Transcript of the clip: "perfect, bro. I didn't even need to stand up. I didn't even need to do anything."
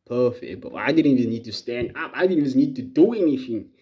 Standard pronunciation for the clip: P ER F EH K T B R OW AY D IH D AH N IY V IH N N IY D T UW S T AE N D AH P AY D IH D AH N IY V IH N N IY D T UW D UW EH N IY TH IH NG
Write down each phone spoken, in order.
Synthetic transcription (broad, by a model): P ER F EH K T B OW AY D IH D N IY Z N N IY D T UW S T AE N D AH P AY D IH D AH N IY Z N N IY D T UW D UW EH N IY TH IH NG